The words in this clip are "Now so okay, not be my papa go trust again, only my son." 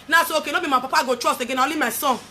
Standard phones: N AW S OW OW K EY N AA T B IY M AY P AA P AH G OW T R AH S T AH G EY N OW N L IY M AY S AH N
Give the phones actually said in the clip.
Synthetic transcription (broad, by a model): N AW S OW OW K EY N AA B IY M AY P AA P AH G OW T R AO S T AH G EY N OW L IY M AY S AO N